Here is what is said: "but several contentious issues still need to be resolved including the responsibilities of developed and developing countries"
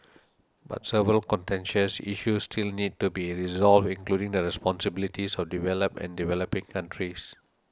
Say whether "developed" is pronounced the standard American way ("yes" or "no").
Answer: no